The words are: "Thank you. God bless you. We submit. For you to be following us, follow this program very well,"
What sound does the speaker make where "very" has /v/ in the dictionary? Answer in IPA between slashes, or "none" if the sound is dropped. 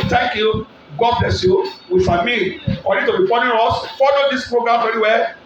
/f/